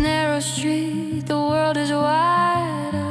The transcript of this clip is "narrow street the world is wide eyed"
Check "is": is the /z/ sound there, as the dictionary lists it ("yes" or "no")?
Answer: yes